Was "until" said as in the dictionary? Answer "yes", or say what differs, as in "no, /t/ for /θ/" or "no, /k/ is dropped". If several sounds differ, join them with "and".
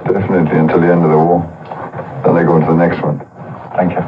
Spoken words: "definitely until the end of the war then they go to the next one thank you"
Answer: yes